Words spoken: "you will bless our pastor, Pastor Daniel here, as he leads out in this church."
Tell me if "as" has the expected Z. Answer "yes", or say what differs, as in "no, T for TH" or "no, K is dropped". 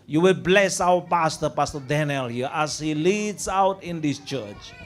no, S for Z